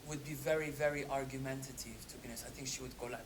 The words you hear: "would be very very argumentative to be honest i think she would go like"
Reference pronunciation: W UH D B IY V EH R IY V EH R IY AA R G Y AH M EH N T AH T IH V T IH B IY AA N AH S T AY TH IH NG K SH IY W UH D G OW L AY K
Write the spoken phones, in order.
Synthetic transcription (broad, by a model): W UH D B IY V EH R IY V EH R IY AA R G Y AH M EH N T AH T IH V T IH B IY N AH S AY TH IH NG K SH IY W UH D G OW L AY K